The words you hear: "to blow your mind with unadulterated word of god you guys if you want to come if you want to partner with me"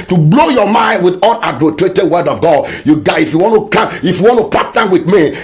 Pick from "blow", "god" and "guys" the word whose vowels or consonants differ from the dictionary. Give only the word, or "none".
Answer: guys